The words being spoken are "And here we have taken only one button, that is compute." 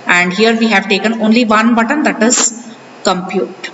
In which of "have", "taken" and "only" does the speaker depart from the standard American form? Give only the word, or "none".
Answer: none